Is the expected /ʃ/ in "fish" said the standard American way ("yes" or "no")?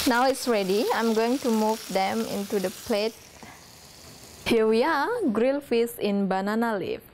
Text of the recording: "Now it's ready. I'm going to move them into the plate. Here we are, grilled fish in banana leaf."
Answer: no